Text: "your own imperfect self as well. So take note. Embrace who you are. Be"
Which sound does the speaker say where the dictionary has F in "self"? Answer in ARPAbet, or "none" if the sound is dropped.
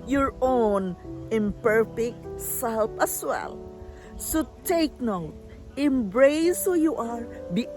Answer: P